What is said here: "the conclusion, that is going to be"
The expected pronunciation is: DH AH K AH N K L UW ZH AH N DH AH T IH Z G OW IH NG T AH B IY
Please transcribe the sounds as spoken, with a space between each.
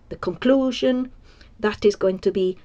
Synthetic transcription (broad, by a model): DH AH K AH N K L UW ZH AH N DH AH T IH Z G OW IH NG T AH B IY